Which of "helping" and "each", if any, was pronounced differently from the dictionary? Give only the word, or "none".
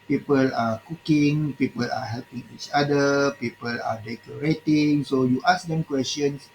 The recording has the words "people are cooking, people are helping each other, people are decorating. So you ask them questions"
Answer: none